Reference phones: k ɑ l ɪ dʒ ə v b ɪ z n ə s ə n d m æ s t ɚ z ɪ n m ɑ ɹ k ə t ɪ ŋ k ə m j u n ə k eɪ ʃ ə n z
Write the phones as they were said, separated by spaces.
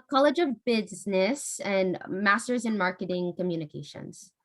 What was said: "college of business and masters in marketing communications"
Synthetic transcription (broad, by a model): k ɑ l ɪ dʒ ə v b ɪ z n ə s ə n m æ s t ɚ z ɪ n m ɑ ɹ k ə t ɪ ŋ k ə m j u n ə k eɪ ʃ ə n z